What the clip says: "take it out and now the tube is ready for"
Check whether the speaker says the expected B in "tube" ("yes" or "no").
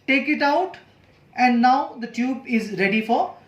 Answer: yes